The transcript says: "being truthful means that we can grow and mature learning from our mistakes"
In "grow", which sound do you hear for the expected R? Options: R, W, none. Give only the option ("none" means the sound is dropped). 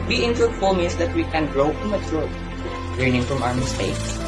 R